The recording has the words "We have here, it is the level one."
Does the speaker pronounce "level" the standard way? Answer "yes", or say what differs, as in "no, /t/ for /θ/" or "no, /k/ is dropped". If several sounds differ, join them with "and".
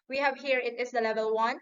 yes